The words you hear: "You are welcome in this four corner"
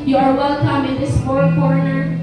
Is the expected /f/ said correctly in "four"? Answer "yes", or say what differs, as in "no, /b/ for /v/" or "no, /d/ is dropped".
no, /p/ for /f/